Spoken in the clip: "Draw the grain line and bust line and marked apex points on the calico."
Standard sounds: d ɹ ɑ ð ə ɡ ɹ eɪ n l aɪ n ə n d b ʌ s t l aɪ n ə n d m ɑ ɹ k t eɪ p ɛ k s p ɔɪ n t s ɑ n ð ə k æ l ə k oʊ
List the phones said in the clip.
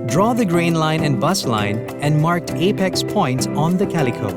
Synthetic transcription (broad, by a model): d ɹ ɑ ð ə ɡ ɹ eɪ n l aɪ n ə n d b ʌ s l aɪ n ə n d m ɑ ɹ k t eɪ p ɛ k s p ɔɪ n t s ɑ n ð ə k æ l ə k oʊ